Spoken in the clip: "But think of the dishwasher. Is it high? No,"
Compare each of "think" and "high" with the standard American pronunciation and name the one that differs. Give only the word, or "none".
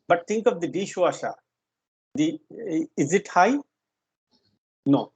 think